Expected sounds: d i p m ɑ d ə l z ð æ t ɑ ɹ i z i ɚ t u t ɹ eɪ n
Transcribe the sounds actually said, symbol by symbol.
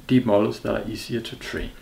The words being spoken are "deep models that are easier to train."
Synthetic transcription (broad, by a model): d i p m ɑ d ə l s ð æ t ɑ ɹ i s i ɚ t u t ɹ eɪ n